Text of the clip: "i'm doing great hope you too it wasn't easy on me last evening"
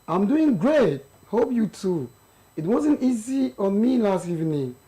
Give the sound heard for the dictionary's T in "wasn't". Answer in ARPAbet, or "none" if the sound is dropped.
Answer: T